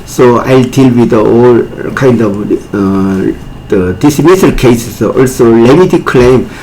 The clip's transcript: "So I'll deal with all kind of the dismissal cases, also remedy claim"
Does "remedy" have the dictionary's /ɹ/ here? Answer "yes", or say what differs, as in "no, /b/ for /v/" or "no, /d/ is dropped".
no, /l/ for /ɹ/